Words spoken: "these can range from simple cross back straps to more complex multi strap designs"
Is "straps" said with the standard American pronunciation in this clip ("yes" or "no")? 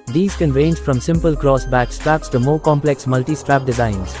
yes